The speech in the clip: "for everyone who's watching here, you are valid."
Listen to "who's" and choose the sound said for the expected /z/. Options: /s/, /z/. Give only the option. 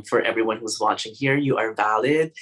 /z/